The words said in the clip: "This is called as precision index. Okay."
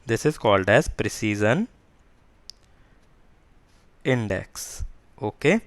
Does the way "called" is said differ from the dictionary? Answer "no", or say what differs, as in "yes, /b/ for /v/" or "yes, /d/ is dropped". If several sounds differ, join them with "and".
no